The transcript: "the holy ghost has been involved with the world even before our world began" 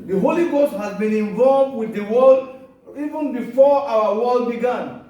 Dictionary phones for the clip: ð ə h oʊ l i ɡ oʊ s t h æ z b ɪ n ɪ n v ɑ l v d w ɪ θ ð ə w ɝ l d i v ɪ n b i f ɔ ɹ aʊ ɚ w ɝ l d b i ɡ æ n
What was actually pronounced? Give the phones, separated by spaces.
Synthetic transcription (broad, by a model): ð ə h oʊ l i ɡ oʊ s t h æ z b ɪ n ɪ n v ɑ l v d w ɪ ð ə w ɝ l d i v ɪ n b i f ɔ ɹ aʊ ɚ w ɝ l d b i ɡ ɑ n